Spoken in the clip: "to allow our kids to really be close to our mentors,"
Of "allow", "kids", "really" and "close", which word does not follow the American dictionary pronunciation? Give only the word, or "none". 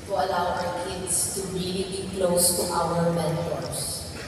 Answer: kids